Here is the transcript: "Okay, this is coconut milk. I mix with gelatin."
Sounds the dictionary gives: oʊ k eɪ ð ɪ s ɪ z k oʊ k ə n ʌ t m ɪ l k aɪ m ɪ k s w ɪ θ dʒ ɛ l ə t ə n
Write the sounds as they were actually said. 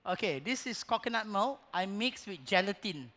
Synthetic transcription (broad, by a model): oʊ k eɪ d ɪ s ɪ s k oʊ k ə n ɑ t m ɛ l aɪ m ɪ k s w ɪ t dʒ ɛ l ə t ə n